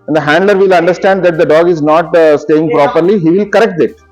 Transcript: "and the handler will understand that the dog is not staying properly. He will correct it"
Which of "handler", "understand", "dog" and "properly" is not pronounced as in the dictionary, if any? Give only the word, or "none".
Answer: none